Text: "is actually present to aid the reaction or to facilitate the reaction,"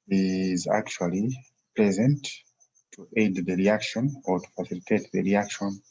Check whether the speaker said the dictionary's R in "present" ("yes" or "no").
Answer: no